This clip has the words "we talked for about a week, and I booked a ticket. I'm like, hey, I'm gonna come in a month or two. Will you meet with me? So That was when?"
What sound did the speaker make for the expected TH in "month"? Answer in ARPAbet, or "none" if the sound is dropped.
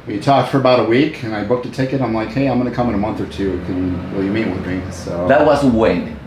TH